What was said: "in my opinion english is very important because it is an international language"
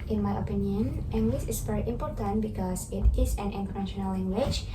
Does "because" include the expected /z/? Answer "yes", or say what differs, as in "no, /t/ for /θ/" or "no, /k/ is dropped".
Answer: no, /s/ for /z/